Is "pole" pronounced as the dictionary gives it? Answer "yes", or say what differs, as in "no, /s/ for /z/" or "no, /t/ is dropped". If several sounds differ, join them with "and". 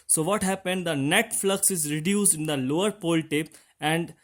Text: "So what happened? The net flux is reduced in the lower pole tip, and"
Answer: yes